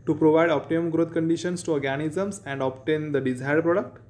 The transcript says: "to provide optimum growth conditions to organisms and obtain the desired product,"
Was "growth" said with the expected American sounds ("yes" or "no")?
no